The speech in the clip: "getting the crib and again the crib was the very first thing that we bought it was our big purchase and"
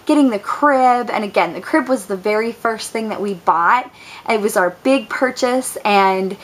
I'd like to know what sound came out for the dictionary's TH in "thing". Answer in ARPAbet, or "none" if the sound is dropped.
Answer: TH